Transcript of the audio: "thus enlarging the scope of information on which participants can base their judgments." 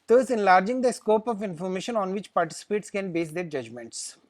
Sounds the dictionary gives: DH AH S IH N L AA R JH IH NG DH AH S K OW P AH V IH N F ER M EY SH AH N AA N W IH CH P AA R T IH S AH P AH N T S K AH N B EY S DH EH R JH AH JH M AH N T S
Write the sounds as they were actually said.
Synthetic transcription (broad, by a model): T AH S IH N L AA R JH IH NG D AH S K OW P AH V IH N F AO M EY SH AH N AA N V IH CH P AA R T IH S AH P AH T S K AH N B EY S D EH R JH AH JH M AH N T S